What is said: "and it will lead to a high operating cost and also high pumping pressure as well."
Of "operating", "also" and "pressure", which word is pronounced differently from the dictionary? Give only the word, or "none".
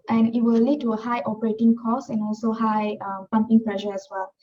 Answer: pressure